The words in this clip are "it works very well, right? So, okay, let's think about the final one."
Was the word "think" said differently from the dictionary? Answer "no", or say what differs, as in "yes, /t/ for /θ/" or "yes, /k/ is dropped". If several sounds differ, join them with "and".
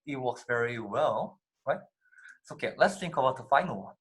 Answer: yes, /t/ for /θ/